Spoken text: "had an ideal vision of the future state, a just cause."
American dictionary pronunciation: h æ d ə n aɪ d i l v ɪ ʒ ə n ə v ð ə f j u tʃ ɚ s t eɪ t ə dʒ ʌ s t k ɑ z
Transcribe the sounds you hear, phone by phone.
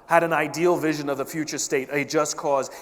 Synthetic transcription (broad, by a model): h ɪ d ə n aɪ d i l v ɪ ʒ ə n ə v ð ə f j u tʃ ɚ s t eɪ t ə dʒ ʌ s k ɑ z